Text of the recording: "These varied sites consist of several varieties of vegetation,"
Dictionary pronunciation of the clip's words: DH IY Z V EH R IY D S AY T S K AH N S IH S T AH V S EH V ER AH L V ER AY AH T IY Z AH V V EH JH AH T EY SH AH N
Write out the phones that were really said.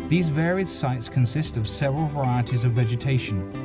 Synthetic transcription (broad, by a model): DH IY Z V EH R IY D S AY T S K AH N S IH S T AH V S EH V ER AH L V ER AY AH T IY Z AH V V EH JH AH T EY SH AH N